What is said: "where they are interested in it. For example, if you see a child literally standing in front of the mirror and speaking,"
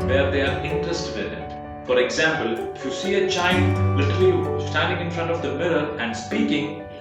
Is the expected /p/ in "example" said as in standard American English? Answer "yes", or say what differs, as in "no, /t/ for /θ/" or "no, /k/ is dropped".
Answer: yes